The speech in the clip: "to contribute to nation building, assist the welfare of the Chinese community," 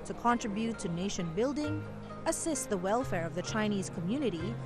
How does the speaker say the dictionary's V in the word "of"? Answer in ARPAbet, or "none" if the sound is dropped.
V